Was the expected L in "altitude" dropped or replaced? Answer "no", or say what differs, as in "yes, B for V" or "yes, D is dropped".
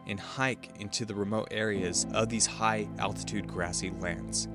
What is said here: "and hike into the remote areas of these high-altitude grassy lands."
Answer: no